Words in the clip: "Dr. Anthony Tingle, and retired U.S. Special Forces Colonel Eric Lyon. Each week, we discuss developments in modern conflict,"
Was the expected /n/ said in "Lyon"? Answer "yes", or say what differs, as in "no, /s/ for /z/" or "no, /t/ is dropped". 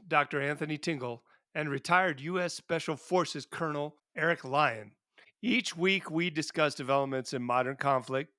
yes